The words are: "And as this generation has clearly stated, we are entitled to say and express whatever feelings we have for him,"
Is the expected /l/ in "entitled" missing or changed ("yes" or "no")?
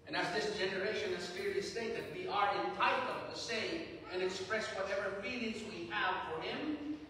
yes